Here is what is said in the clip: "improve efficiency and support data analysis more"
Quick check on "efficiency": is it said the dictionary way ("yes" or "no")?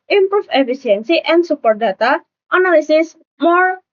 no